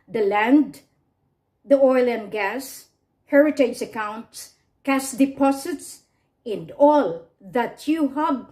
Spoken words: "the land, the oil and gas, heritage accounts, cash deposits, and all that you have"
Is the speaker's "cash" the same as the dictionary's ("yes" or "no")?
no